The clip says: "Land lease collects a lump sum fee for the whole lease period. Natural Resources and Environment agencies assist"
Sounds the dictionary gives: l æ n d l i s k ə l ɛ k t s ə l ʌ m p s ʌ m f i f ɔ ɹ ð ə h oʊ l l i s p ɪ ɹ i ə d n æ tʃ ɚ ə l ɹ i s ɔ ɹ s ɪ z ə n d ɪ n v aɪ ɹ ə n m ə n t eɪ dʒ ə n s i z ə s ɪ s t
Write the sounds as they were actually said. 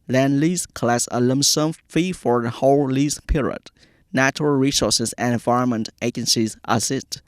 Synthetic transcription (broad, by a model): l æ n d l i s k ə l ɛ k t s ə l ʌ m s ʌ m f i f ɔ ɹ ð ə h oʊ l l i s p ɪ ɹ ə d n æ tʃ ɚ ə l ɹ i s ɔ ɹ s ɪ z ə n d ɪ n v aɪ ɹ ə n m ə n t eɪ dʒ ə n s i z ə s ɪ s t